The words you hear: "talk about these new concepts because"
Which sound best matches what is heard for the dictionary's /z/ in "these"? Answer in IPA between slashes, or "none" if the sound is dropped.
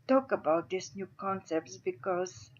/s/